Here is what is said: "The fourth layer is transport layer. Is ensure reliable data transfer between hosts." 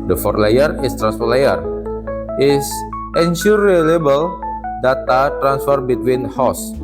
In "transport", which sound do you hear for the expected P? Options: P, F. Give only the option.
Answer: F